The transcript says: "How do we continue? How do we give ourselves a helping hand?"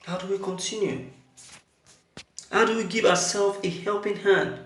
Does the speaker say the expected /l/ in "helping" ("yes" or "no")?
yes